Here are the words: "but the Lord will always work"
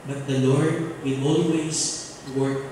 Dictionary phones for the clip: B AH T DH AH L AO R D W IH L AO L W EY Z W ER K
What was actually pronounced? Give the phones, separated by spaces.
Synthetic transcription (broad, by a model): B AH T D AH L AO R D W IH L AO L W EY S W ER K